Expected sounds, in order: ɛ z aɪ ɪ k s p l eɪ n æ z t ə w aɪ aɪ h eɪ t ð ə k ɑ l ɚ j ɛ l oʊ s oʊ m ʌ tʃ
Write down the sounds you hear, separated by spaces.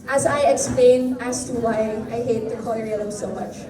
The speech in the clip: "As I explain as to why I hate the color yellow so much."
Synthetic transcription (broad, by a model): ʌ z aɪ ɪ k s p l eɪ n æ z t ə w aɪ aɪ h eɪ t ð ə k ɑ n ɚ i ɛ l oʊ s oʊ m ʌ tʃ